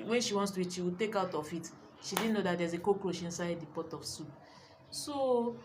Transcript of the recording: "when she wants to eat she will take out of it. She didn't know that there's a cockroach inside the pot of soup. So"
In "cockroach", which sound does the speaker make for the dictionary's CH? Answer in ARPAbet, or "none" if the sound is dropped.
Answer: SH